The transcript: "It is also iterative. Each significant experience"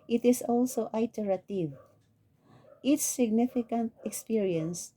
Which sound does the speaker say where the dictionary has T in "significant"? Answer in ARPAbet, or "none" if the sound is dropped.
T